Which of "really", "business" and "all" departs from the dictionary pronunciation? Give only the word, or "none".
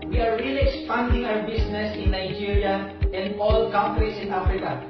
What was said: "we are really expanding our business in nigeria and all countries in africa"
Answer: business